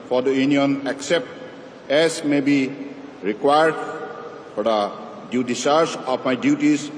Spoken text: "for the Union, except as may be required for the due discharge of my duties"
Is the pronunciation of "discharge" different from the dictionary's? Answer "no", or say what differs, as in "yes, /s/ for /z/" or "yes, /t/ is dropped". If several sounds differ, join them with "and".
yes, /tʃ/ is dropped